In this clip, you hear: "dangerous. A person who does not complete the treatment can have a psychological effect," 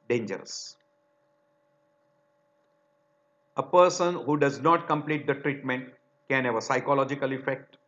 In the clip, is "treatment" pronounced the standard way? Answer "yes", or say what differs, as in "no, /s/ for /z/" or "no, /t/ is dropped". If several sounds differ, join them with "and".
yes